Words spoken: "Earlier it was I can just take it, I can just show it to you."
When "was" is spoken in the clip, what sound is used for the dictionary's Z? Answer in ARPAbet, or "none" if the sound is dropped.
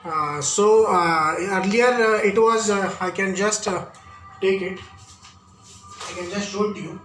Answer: Z